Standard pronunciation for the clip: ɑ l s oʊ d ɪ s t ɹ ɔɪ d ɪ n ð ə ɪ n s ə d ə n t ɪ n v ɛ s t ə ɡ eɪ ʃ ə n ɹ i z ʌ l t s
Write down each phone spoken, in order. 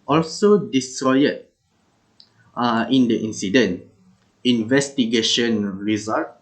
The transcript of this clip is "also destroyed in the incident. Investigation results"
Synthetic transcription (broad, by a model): ɑ l s oʊ d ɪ s t ɹ ɔɪ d ɪ n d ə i n s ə d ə n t ɪ n v ɛ s t ə ɡ eɪ ʃ ə n ɹ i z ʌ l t